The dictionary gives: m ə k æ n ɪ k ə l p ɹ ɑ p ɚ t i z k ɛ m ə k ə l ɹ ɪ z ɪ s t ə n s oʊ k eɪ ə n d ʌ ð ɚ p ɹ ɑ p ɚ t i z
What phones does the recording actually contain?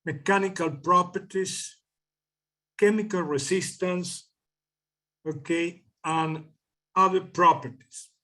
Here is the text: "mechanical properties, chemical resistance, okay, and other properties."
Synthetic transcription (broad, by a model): m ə k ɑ n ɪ k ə l p ɹ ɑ p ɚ t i s k ɛ m ə k ə l ɹ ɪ s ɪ s t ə n s oʊ k eɪ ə n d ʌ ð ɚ p ɹ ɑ p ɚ t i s